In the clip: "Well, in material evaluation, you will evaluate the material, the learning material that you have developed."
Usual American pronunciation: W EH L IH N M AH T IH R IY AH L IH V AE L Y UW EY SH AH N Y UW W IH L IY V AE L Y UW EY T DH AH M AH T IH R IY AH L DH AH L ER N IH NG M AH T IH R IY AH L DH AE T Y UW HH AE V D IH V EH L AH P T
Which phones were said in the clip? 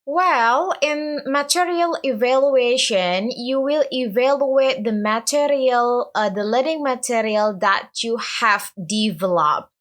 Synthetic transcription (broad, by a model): W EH L IH N M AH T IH R IY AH L IH V AE L Y UW EY SH AH N Y UW W IH L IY V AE L Y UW EY T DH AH M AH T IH R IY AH L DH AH L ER IH NG M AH T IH R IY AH L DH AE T Y UW HH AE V D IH V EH L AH P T